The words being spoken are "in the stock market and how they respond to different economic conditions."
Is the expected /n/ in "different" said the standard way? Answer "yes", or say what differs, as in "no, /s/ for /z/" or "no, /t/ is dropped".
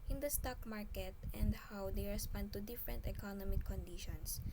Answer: yes